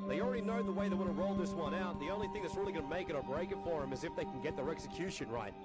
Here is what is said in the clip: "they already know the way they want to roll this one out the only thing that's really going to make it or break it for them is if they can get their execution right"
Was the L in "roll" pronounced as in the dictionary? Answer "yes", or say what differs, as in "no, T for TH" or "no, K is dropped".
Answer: yes